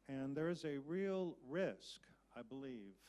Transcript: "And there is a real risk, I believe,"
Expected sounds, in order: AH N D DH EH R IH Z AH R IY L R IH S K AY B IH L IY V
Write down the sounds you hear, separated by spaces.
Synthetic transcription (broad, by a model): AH N DH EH R IH Z AH R IY L R IH S K AY B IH L IY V